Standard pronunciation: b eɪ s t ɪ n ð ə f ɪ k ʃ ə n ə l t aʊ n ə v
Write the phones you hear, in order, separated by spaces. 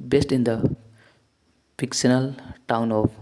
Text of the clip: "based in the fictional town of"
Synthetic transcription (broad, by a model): b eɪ s t ɪ n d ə p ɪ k s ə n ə l t aʊ n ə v